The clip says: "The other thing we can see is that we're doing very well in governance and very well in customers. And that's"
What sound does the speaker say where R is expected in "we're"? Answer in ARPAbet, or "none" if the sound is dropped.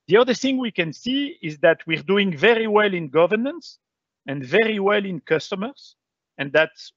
R